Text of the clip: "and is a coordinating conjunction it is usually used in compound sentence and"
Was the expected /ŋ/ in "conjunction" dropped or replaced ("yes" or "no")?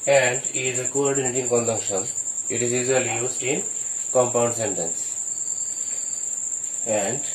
yes